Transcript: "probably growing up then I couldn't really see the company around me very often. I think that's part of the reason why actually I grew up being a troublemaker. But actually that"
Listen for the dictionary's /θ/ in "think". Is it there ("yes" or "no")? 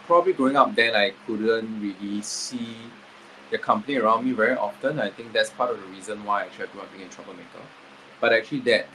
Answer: no